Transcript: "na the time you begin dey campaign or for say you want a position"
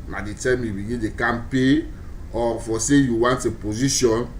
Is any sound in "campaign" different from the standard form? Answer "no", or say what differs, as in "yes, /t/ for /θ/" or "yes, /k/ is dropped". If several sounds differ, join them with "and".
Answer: yes, /n/ is dropped